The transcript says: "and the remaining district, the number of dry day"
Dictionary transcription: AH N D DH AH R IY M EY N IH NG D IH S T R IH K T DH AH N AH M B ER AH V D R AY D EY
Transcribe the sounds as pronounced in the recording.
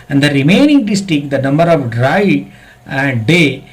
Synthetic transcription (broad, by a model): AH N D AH R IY M EY N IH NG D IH S T IH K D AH N AH M B ER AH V D R AY D EY